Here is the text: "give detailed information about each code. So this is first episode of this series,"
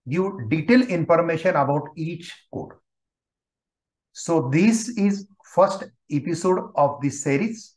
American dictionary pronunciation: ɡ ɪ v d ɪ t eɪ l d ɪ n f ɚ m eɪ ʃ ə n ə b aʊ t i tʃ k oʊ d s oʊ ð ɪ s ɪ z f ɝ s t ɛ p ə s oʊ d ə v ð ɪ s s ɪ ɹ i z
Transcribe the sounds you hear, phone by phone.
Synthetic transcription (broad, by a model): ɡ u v d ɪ t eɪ l ɪ n f ɚ m eɪ ʃ ə n ə b aʊ t i tʃ k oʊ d s oʊ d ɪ s ɪ z f ɝ s t ɛ p ə s oʊ d ə v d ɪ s s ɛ ɹ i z